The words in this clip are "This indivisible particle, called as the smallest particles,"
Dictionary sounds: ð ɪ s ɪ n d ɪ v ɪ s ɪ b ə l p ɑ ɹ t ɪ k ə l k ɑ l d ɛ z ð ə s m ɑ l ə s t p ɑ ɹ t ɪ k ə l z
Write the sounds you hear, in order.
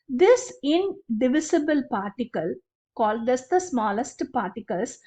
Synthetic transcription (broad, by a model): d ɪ s ɪ n d ɪ v ɪ s ɪ b ə l p ɑ ɹ t ɪ k ə l k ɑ l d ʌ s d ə s m ɑ l ə s t p ɑ ɹ t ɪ k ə l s